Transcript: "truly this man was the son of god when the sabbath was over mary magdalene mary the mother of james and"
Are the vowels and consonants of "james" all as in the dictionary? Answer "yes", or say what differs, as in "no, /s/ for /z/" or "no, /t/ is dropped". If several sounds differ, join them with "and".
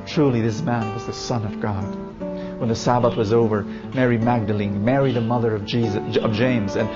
yes